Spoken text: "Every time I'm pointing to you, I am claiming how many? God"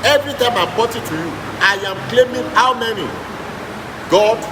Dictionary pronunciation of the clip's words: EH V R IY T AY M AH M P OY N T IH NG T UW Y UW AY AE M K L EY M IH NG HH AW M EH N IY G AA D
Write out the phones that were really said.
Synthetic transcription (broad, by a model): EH V R IY T AY M AH M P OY T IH T UW Y UW AY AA M K L EY M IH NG HH AW M EH N IY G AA